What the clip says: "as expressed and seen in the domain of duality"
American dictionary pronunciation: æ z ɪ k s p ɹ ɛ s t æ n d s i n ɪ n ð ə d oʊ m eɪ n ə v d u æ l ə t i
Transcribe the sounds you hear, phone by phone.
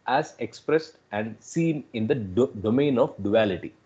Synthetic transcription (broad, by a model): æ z ɪ k s p ɹ ɛ s t æ n d s i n ɪ n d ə d oʊ m eɪ n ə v d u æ l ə t i